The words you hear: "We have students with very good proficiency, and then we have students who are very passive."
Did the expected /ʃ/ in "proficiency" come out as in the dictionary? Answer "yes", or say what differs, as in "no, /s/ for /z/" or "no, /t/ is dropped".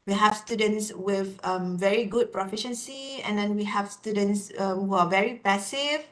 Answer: yes